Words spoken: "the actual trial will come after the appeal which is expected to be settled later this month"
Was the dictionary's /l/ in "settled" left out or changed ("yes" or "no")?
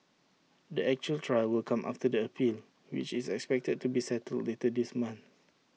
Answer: no